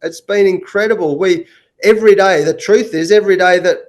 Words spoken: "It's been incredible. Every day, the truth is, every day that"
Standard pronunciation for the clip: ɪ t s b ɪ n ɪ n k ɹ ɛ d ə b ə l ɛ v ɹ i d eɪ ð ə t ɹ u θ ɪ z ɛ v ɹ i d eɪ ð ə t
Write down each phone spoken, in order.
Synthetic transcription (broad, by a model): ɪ t s b ɪ n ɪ n k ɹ ɛ d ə b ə l ɛ v ɹ i d eɪ ð ə t ɹ u θ ɪ z ɛ v ɹ i d eɪ ð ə t